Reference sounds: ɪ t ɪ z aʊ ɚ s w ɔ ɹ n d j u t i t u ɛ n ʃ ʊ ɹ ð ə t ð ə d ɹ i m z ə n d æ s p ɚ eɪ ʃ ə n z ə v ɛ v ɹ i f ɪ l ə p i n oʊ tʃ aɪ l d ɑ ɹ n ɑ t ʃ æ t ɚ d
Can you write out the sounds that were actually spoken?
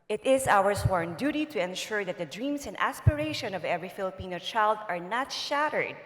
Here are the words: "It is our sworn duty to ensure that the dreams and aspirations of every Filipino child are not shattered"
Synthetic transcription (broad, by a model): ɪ t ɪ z aʊ ɚ s w ɔ ɹ n d j u t i t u ɛ n ʃ ʊ ɹ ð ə t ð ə d ɹ i m s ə n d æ s p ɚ eɪ ʃ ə n ə v ɛ v ɹ i f ɪ l ə p i n oʊ tʃ aɪ l d ɑ ɹ n ɑ t ʃ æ t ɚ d